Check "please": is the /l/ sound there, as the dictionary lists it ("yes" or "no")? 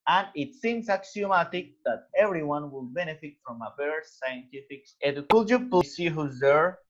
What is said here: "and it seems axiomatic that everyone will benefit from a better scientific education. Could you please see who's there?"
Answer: no